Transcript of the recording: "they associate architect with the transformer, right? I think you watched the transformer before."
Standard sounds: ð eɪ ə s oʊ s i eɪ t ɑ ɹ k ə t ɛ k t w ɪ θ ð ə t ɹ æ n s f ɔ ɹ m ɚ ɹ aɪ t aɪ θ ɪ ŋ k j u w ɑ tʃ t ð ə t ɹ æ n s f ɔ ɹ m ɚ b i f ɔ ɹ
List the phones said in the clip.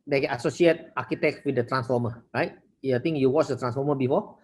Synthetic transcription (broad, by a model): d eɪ ə s oʊ s i eɪ t ɑ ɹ k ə t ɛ k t w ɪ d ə t ɹ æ n s f ɔ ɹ m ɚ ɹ aɪ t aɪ t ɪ ŋ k j u w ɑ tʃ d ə t ɹ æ n s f ɔ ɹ m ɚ b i f ɔ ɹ